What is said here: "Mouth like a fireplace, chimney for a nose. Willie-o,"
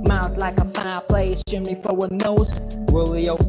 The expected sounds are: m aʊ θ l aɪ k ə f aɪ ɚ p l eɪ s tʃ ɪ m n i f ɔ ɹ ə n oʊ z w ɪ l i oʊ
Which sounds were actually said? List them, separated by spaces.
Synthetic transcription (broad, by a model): m aʊ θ l aɪ k ə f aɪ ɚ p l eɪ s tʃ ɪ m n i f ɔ w ə n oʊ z w ɪ l i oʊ